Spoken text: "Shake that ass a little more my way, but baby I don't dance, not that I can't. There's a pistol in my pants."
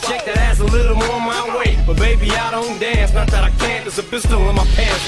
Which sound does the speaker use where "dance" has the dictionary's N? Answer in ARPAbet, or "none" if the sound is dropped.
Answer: N